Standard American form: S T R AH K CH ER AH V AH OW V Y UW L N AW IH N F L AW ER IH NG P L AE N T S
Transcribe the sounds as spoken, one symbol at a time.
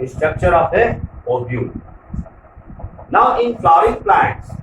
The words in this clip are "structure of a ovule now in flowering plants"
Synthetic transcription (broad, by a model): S T R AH K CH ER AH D AH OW B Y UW N AW IH N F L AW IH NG P L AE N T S